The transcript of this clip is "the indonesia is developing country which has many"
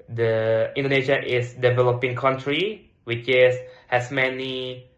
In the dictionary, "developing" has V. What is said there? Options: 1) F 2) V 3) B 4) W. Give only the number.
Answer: 2